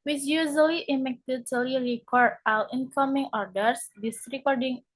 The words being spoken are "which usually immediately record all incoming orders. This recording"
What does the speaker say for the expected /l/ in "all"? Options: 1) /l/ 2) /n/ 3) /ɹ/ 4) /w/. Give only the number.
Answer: 4